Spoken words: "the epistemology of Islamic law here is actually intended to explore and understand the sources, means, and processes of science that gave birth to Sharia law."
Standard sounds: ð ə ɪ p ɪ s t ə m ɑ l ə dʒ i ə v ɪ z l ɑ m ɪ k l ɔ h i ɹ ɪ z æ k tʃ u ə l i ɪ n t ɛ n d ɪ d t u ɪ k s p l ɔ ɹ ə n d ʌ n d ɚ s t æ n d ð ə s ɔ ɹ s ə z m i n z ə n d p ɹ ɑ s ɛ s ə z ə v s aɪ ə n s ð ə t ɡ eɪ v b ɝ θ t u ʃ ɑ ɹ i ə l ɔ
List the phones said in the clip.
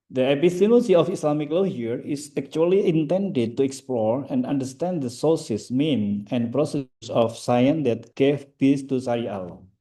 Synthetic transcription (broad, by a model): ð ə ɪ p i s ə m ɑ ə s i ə f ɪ s l ɑ m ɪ k l ɔ h i ɹ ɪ s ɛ k tʃ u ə l i ɪ n t ɛ n d ɪ d t u ɪ k s p l ɔ ɹ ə n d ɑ n d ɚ s t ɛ n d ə s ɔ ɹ s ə s m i n ə n p ɹ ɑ s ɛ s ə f s aɪ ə n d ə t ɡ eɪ f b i s t u s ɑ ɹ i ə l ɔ